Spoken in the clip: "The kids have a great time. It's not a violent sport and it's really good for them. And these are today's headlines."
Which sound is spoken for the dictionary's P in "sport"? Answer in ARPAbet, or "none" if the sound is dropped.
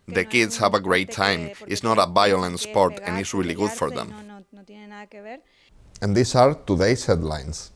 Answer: P